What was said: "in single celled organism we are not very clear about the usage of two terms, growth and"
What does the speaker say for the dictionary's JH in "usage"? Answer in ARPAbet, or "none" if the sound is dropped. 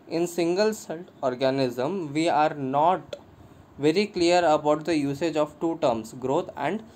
JH